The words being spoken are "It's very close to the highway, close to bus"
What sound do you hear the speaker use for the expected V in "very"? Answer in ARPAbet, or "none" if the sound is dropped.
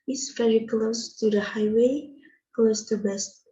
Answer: F